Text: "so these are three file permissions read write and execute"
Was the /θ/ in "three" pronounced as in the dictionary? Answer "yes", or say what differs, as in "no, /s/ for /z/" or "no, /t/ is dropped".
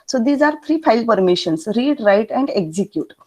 no, /t/ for /θ/